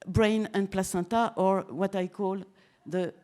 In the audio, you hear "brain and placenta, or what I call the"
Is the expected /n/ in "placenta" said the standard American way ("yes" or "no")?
no